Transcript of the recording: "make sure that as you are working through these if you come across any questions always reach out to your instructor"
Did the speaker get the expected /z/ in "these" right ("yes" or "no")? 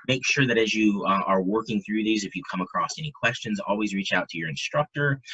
yes